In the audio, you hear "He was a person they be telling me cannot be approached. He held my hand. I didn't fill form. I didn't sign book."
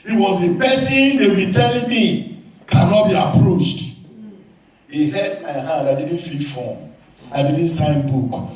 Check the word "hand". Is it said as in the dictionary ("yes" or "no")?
no